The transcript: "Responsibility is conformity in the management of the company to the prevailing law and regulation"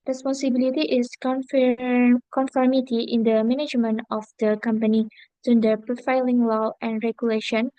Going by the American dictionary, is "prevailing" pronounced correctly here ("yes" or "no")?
no